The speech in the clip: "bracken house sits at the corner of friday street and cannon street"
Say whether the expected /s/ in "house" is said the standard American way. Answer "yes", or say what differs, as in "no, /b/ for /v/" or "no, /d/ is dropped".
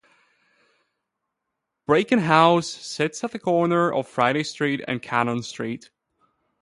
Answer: yes